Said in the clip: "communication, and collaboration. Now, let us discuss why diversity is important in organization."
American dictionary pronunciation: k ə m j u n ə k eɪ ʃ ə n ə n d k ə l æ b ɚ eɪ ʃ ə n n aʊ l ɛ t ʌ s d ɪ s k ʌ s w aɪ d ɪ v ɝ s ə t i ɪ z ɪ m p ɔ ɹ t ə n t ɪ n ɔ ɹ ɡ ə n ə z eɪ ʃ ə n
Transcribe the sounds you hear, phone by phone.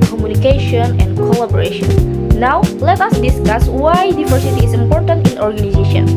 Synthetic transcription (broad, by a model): k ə m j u n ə k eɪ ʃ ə n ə n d k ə l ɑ b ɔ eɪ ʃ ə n n aʊ l ɛ t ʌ s d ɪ s k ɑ s w aɪ d ɪ v ɝ s ə t i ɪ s ɪ m p ɔ ɹ t ə n t ɪ n ɔ ɹ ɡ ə n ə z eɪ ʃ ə n